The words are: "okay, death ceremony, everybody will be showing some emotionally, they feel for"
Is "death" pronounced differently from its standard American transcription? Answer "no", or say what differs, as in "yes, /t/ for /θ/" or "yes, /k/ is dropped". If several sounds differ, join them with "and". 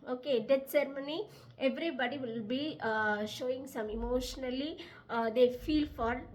yes, /t/ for /θ/